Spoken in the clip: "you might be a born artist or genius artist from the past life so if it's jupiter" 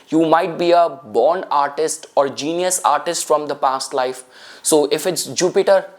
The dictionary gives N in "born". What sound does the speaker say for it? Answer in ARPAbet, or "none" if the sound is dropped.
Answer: N